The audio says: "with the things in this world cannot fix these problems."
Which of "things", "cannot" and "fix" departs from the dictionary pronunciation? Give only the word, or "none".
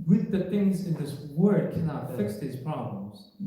none